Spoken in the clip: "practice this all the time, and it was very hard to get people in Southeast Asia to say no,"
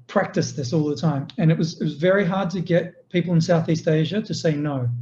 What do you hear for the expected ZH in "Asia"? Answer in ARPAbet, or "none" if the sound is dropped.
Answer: ZH